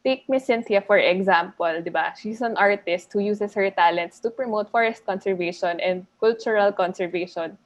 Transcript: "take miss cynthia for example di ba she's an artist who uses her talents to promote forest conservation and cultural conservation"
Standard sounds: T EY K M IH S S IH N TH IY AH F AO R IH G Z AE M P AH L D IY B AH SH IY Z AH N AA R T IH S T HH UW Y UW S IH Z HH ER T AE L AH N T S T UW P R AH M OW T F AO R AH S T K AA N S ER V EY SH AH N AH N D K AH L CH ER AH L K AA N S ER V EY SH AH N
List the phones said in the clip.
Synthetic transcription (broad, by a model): T EY K M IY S S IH N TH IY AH F AO R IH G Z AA M P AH L D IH B AH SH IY S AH N AA R T IH S T HH UW Y UW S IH S HH ER T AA L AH N T S T UW P R AH M OW T F AO R AH S T K AA N S ER V EY SH AH N AH N D K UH L CH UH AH L K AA N S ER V EY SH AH N